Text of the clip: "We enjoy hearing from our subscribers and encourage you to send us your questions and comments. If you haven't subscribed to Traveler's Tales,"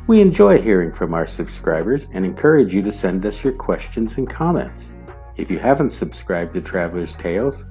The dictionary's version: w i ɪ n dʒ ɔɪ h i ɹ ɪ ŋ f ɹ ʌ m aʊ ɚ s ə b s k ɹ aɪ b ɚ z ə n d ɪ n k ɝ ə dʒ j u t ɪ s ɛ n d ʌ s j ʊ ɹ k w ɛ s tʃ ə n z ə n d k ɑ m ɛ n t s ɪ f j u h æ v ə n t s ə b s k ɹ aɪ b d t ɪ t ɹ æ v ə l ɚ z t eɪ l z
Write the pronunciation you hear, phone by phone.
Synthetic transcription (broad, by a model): w i ɪ n dʒ ɔɪ h i ɹ ɪ ŋ f ɹ ʌ m aʊ ɚ s ə b s k ɹ aɪ b ɚ z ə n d ɪ n k ɝ ə dʒ j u t ɪ s ɛ n d ʌ s j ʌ ɹ k w ɛ s tʃ ə n z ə n k ɑ m ɛ n t s ɪ f j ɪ h æ v ə n t s ə b s k ɹ aɪ b d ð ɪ t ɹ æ v l ɚ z t eɪ l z